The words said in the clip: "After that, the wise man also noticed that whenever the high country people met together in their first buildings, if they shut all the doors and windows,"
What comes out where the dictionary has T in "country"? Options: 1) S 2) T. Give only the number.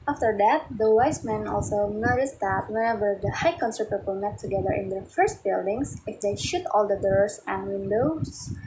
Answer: 1